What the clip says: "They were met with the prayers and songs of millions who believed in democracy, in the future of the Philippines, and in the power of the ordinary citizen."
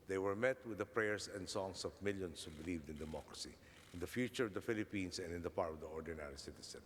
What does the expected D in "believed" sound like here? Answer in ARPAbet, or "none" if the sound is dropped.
D